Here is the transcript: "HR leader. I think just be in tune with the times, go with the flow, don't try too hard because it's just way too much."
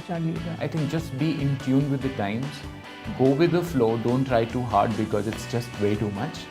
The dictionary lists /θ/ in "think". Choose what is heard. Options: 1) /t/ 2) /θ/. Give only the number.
1